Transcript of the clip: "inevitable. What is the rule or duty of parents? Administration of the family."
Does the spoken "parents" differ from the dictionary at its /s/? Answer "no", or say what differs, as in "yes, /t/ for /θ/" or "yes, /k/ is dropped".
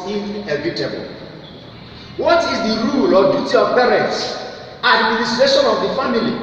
yes, /s/ is dropped